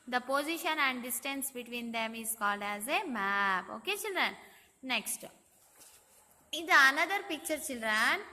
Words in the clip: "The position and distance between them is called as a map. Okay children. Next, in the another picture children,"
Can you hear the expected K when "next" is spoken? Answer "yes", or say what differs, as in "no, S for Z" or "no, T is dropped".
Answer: yes